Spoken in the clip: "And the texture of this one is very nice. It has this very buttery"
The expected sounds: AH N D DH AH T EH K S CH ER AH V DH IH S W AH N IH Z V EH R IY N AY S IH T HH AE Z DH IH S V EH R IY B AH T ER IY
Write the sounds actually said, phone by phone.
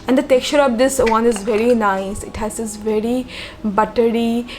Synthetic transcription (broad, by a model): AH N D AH T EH K CH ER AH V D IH S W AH N IH Z V EH R IY N AY S IH T HH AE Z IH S V EH R IY B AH T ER IY